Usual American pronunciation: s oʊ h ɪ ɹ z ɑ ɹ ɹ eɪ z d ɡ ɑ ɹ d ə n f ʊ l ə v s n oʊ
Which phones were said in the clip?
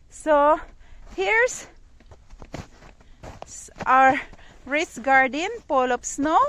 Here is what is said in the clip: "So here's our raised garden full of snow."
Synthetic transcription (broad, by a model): s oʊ h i ɹ s ɑ ɹ ɹ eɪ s ɡ ɑ ɹ d ə n p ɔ l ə p s n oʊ